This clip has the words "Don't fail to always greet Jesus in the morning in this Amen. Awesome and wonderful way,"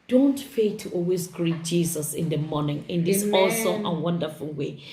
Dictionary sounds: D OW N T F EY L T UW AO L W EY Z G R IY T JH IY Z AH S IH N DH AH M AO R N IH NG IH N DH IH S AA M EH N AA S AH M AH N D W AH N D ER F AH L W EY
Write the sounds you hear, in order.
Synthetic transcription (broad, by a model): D OW N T F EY T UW AO L W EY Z G R IY T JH IY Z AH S IH N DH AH M AO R N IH NG IH N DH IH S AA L S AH AH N W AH N D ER F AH L W EY